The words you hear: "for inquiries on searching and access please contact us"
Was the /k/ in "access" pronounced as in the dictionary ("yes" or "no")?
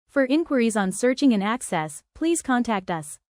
yes